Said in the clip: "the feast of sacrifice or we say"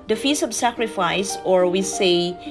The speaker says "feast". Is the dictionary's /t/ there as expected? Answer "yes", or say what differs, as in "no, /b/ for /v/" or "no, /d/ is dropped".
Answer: no, /t/ is dropped